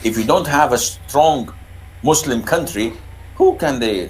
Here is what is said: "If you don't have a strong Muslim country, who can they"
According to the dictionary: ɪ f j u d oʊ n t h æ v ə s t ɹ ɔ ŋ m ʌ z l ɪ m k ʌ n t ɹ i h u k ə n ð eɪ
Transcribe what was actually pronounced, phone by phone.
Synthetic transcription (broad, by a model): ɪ f j u d oʊ n t h æ v ə s t ɹ ɔ ŋ m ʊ s l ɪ m k ʌ n t ɹ i h u k ə n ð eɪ